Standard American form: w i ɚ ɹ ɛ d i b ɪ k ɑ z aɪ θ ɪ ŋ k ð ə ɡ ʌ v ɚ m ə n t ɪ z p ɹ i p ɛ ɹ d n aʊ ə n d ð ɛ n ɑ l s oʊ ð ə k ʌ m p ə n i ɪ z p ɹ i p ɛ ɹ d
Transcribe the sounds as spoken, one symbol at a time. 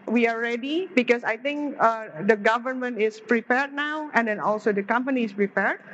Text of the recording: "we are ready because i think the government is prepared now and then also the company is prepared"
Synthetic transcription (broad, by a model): w i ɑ ɹ ɛ d i b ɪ k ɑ s aɪ t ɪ ŋ k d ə ɡ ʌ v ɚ m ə n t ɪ s p ɹ i p ɛ ɹ d n aʊ ə n d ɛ n ɑ l s oʊ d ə k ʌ m p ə n i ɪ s p ɹ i p ɛ ɹ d